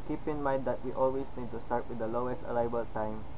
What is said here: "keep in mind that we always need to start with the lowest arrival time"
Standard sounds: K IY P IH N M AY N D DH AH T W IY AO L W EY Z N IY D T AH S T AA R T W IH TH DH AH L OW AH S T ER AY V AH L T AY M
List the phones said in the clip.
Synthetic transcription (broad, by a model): K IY P IH N M AY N D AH T W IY AO L W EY S N IY D T AH S T AA R T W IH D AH L OW AH S T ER AY B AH L T AY M